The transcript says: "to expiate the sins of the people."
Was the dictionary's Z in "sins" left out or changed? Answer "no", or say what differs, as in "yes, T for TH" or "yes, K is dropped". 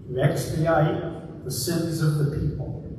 no